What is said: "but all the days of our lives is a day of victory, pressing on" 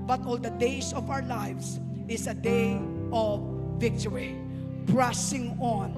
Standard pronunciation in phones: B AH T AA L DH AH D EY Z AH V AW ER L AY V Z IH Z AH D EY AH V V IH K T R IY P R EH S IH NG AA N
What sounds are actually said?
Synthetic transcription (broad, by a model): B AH T AA L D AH D EY S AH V AW ER L AY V S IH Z AH D EY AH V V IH K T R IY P R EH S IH NG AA N